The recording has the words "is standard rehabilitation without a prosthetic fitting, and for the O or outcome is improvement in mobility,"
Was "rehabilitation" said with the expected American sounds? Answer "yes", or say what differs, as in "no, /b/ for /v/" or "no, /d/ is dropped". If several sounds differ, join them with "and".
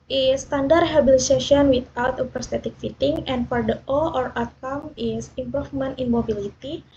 no, /s/ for /t/